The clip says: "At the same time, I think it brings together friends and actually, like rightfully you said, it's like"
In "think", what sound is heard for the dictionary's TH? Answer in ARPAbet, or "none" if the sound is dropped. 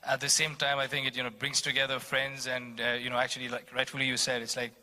TH